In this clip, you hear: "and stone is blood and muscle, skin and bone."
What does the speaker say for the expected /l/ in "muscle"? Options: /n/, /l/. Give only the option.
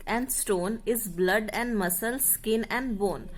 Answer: /l/